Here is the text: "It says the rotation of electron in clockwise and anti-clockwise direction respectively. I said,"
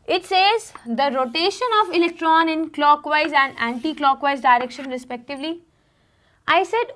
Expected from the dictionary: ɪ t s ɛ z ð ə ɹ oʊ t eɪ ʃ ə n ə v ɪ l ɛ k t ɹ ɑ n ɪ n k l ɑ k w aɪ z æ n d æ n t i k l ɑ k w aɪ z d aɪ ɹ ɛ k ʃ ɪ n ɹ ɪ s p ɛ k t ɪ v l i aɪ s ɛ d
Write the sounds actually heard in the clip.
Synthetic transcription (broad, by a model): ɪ t s ɛ z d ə ɹ oʊ t eɪ ʃ ə n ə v ɪ l ɛ k t ɹ ɑ n ɪ n k l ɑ k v aɪ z æ n d æ n t i k l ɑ k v aɪ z d aɪ ɹ ɛ k ʃ ɪ n ɹ ɪ s p ɛ k t ɪ v l i aɪ s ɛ d